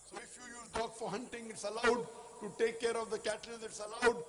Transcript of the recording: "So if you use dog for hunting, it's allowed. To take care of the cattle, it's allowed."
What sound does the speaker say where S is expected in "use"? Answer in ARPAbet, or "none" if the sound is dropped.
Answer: none